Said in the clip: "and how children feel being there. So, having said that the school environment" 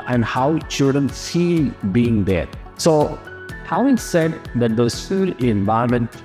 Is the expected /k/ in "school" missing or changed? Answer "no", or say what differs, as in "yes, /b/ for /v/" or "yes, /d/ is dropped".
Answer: yes, /k/ is dropped